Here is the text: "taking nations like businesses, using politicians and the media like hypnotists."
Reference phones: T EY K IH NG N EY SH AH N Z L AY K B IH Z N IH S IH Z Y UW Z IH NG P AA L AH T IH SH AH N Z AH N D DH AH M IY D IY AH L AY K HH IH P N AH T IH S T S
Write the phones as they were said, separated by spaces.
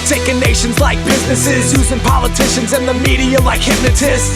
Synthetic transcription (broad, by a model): T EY K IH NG N EY SH AH N Z L AY K B IH Z N IH S IH Z Y UW Z IH NG P AA L AH T IH SH AH N Z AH N DH AH M IY D IY AH L AY K HH IH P N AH T IH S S